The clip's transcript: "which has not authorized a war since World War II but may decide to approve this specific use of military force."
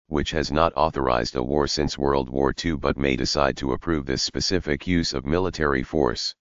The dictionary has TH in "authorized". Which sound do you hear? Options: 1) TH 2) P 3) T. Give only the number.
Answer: 1